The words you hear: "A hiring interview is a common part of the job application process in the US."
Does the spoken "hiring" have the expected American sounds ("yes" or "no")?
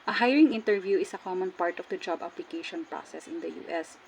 yes